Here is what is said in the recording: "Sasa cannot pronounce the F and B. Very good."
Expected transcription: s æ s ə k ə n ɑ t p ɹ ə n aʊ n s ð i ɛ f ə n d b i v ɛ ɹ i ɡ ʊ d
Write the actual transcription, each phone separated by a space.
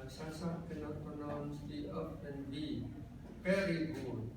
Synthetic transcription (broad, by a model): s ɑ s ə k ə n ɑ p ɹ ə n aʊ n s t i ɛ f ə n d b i p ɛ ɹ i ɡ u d